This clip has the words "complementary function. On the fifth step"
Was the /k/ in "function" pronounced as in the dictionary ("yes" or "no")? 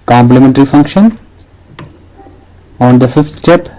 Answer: yes